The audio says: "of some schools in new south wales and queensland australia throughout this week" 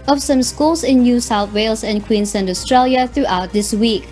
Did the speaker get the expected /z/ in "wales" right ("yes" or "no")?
no